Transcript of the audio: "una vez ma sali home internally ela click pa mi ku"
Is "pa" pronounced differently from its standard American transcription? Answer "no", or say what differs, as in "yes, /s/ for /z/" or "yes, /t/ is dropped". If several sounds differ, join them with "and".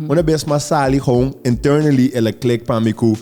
no